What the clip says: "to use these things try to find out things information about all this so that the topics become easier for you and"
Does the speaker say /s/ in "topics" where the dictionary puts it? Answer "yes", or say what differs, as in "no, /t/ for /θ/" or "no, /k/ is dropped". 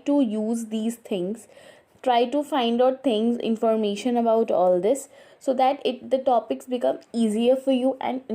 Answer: yes